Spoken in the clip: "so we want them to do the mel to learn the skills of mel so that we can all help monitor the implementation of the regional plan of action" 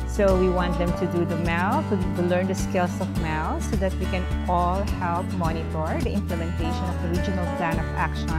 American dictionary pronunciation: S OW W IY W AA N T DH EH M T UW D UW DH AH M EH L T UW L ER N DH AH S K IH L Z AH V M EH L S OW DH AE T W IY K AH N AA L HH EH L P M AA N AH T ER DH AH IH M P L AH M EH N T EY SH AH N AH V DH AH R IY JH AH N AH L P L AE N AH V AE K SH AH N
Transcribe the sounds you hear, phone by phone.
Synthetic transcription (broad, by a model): S OW W IY W AA N T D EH M T UW D UW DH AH M EH L T UW L ER N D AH S K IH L S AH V M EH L S OW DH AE T W IY K AH N AA L HH EH L P M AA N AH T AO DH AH IH M P L AH M EH N T EY SH AH N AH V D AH R IY JH AH N AH L P L AE N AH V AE K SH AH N